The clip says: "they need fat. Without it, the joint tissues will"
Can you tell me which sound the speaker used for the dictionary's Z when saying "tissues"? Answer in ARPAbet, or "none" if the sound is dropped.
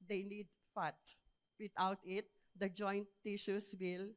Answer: S